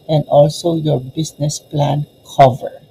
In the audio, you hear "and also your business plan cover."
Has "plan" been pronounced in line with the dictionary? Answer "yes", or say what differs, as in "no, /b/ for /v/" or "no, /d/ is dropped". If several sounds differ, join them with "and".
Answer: yes